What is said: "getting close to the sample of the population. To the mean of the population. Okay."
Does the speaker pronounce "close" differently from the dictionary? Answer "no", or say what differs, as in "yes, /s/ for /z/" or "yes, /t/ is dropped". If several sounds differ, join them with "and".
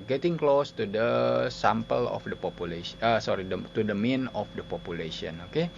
no